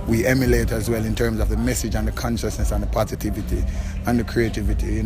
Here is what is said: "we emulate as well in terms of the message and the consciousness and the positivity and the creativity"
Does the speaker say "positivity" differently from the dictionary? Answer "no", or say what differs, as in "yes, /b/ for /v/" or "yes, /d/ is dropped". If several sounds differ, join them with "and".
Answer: no